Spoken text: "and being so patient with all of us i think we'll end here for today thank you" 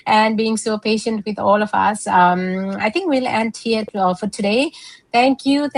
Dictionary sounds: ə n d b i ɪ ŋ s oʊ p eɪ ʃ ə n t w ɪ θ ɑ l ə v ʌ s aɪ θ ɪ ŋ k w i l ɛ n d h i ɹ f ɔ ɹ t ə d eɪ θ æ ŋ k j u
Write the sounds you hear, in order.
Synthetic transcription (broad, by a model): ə n d b i ɪ ŋ s oʊ p eɪ ʃ ə n t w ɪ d ɑ l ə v ʌ s aɪ t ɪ ŋ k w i l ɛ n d h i ɹ f ɔ ɹ t ə d eɪ t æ ŋ k j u